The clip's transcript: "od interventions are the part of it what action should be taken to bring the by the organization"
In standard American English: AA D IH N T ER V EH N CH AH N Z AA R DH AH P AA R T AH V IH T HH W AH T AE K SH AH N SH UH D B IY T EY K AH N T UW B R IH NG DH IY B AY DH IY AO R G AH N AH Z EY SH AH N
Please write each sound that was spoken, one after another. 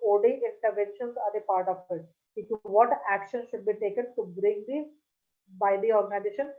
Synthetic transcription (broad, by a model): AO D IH N T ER V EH N SH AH N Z AA R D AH P AA R T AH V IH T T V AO T AE K SH AH N SH UH D B IY T EY K AH N T UW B R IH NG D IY B AY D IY AO R G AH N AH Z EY SH AH N